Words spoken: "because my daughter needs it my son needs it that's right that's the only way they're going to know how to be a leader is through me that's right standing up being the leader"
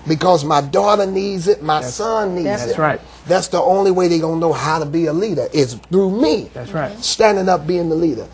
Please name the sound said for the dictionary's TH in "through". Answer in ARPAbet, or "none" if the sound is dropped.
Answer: TH